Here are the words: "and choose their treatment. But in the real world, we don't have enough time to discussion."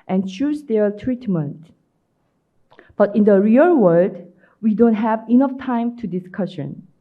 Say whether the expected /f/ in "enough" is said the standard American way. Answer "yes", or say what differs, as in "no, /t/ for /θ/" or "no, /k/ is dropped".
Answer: yes